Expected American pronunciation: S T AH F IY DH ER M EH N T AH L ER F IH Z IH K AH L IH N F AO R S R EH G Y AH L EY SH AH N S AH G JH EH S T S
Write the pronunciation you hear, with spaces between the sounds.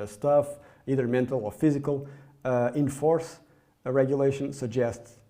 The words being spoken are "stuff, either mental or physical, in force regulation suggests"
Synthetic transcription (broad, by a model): S T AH F IY DH ER M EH N T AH L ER F IH Z IH K AH L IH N F AO R S R EH G Y AH L EY SH AH N S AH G JH EH S T S